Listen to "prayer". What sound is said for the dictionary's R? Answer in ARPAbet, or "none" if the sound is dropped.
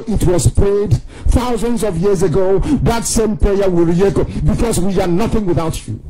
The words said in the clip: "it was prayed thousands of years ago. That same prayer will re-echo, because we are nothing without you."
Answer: none